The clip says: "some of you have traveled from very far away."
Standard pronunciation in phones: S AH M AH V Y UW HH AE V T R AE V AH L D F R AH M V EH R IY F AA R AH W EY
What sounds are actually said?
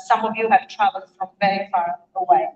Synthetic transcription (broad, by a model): S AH M AH V Y UW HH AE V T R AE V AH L F R AH M V EH R IY F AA R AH W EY